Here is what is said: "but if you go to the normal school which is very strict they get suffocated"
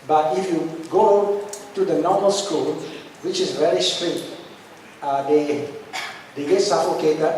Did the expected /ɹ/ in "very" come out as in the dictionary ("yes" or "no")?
no